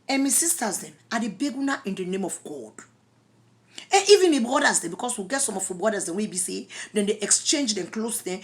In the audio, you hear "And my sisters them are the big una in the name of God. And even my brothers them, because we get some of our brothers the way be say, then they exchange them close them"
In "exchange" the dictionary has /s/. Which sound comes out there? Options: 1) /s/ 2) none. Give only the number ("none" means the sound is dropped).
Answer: 1